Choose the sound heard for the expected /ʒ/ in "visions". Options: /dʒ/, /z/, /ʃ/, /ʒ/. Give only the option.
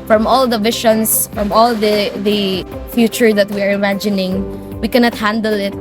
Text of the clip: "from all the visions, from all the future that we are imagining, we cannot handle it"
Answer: /ʃ/